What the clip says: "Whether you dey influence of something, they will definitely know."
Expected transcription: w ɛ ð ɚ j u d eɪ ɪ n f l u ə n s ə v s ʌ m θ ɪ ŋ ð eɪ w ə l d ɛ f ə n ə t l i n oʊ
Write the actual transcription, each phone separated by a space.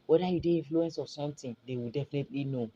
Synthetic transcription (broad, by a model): w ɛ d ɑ j u d eɪ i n f l u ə n s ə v s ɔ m t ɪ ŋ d eɪ w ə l d ɛ f ə n ə t l i n oʊ